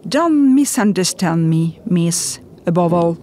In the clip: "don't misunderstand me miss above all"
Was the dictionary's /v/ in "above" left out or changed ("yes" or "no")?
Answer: no